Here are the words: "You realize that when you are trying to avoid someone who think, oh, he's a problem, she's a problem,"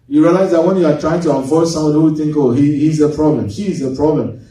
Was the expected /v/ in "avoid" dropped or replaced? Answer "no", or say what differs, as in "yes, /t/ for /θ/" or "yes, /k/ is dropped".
yes, /f/ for /v/